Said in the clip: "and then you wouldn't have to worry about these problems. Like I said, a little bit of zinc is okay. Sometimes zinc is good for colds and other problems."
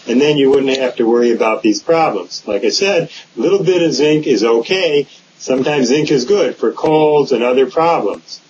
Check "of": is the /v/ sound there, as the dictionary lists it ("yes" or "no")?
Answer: yes